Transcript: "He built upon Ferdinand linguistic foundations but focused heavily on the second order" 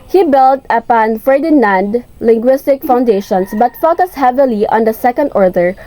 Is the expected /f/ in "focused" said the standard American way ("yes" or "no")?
yes